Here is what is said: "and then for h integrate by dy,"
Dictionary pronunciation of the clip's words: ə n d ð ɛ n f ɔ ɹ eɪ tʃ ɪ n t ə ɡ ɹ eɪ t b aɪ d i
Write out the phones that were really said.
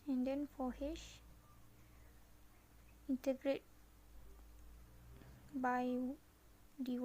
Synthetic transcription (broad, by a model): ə n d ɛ n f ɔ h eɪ ʃ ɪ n t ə ɡ ɹ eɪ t b aɪ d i